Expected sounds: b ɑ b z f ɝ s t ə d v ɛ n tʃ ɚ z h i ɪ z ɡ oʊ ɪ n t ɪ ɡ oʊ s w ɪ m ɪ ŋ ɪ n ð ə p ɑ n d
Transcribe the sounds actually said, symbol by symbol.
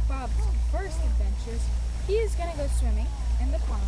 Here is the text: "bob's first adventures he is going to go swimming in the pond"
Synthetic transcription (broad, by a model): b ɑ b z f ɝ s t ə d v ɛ n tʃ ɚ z h i ɪ z ɡ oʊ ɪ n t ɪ ɡ oʊ s w ɪ m ɪ ŋ ɪ n ð ə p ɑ